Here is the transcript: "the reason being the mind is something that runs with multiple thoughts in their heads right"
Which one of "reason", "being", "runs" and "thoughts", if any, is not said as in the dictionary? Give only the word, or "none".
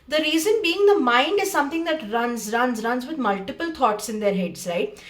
thoughts